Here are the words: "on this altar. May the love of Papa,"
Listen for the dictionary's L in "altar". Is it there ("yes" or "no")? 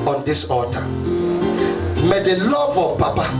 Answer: no